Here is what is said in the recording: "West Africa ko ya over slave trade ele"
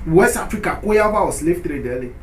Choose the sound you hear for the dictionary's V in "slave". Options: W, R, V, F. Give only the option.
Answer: F